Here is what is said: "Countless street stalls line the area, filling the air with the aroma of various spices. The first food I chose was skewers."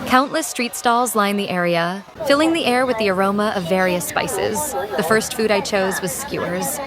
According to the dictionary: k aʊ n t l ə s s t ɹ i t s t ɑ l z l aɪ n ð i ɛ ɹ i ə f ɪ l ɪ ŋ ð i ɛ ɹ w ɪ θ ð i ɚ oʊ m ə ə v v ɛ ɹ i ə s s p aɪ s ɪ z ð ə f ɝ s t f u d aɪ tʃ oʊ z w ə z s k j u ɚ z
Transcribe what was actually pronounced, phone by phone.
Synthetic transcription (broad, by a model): k aʊ n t l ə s s t ɹ i t s t ɑ l z l aɪ n ð i ɛ ɹ i ə f ɪ l ɪ ŋ ð i ɛ ɹ w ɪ ð i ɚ oʊ m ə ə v v ɛ ɹ i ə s s p aɪ s ɪ z ð ə f ɝ s t f u d aɪ tʃ oʊ z w ə z s k j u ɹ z